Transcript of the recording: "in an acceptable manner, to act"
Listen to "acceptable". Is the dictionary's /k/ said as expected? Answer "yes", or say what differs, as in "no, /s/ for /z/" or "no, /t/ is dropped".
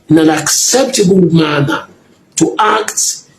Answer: yes